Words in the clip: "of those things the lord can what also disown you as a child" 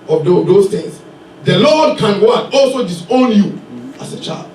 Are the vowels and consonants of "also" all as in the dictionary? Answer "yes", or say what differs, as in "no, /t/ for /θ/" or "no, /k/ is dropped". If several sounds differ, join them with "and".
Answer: yes